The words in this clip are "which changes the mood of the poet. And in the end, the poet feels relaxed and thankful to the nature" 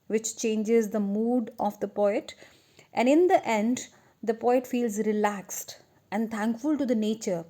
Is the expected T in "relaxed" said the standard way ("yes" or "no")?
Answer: yes